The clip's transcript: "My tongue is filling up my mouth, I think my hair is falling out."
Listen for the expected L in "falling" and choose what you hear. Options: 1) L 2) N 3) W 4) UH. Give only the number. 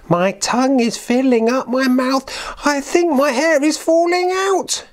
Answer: 1